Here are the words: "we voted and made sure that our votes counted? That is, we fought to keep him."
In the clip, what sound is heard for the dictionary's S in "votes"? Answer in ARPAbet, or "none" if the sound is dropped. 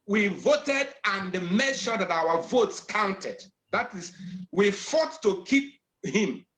S